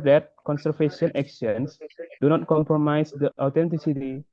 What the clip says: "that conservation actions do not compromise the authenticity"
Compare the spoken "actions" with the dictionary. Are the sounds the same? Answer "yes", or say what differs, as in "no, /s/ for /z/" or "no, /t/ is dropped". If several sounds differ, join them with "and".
no, /s/ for /z/